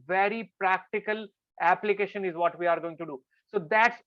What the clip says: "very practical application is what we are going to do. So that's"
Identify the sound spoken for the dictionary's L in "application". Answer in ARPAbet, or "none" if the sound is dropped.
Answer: L